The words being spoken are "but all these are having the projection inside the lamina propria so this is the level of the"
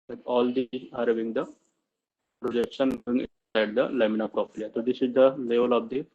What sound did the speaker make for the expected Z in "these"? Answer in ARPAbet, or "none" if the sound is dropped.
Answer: none